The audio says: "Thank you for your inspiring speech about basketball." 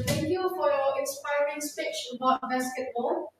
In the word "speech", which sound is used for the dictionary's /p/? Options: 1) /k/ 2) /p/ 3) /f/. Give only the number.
3